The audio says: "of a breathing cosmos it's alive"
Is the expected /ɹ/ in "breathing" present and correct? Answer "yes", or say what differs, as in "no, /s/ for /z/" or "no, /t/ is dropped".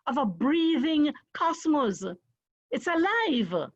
yes